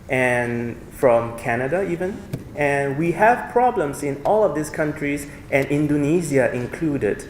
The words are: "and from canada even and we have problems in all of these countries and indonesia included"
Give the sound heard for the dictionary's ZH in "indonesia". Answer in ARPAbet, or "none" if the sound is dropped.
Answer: Z